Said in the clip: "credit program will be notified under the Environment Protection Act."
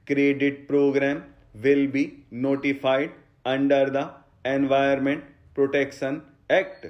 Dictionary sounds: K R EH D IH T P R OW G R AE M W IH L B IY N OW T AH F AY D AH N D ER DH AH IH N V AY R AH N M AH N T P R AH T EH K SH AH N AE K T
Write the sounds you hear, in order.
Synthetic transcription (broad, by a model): K R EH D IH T P R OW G R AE M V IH L B IY N OW T AH F AY D AH N D ER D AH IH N V AY AH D M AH N T P R AH T EH K SH AH N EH K T